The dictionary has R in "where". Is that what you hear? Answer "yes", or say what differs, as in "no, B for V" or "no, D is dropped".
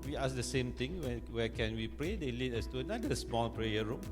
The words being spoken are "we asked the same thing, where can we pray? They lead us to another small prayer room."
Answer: no, W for R